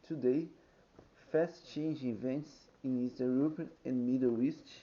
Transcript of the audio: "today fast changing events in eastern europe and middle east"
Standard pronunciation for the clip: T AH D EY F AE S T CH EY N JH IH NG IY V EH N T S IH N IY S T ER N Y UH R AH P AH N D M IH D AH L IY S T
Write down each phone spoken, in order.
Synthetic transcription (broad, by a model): T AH D EY F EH S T CH EY N JH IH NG IY V EH N T S IH N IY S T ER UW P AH AH N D M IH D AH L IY S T